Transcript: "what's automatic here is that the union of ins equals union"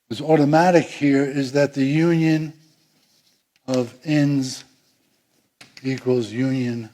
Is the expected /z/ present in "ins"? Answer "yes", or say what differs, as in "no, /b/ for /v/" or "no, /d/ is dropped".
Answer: yes